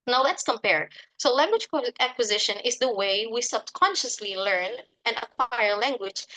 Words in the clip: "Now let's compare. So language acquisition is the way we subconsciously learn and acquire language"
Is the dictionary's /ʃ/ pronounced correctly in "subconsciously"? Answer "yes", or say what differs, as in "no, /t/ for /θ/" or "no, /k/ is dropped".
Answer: yes